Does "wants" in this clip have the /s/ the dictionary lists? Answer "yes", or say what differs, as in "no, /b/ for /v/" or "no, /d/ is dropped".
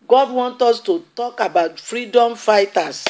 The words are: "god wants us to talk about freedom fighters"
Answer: no, /s/ is dropped